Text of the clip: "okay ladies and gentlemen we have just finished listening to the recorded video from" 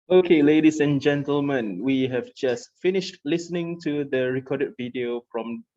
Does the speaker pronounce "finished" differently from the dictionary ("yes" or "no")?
no